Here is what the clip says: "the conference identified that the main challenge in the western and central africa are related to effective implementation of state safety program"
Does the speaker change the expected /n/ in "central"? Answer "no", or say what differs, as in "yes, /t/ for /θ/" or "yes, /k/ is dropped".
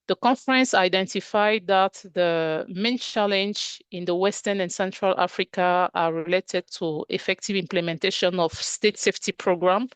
no